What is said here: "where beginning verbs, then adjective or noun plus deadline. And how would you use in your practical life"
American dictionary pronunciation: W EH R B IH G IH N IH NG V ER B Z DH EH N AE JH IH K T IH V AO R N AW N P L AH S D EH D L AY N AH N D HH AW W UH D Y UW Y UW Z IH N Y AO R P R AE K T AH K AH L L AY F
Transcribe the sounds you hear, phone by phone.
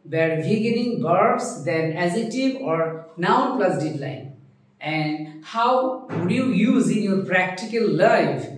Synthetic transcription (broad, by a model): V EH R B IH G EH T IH NG B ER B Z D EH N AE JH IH T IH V AO R N AW N P L AH S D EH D L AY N AH N D HH AW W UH D Y UW Y UW Z IH N Y AO R P R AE K T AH K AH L L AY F